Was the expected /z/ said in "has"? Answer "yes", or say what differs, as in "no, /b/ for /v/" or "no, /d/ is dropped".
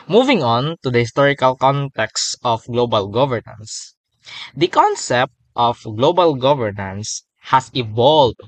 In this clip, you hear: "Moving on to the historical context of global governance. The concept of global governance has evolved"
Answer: no, /s/ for /z/